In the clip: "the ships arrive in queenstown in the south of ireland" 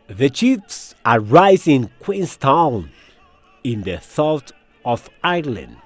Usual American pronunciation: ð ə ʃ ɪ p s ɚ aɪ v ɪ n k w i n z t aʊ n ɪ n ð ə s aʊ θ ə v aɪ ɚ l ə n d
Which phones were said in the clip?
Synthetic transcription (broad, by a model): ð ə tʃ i f s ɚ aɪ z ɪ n k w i n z t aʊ n ɪ n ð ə s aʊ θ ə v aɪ l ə n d